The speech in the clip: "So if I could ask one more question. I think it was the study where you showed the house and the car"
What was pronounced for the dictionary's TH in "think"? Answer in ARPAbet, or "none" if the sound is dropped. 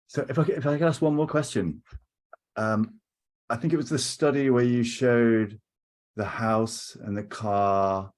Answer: TH